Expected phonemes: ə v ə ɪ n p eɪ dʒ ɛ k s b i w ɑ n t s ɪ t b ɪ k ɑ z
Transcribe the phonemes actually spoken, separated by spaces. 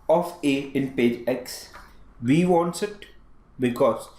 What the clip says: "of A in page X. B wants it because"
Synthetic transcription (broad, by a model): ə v ə ɪ n p eɪ dʒ ɛ k s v i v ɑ n t s ɪ t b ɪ k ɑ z